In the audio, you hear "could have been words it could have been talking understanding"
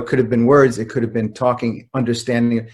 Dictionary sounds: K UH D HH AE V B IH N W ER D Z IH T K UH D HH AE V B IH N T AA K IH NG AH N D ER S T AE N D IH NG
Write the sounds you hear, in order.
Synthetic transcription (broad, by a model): K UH D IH V B IH N W ER D Z IH T K UH D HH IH V B IH N T AA K IH NG AH N D ER S T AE N D IH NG